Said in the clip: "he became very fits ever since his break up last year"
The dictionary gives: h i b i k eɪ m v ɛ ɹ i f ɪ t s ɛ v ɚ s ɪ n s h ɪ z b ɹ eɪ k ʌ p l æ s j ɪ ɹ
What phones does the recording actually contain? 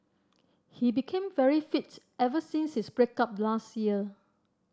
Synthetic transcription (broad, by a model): h i b i k eɪ m v ɛ ɹ i f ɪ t ɛ v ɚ s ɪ n s h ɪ s b ɹ eɪ k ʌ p l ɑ s j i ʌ